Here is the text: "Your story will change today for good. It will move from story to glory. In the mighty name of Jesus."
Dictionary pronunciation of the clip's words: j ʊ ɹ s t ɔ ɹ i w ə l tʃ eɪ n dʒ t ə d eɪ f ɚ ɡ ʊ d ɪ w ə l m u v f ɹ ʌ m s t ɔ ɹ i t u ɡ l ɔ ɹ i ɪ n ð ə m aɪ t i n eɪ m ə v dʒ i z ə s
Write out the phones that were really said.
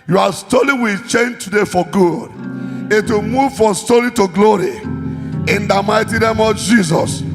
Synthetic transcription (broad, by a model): j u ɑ s t ɔ l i w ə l tʃ eɪ n dʒ t ə d eɪ f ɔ ɡ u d ɪ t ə m u v f ɹ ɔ m s t ɔ l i t u ɡ l ɔ ɹ i ɪ n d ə m aɪ t i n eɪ m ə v dʒ i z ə s